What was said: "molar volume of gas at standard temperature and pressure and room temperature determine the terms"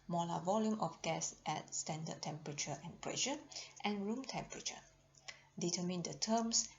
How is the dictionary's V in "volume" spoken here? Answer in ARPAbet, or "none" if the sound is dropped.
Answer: V